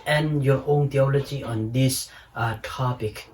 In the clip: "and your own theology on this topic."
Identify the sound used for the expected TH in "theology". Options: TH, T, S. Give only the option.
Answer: T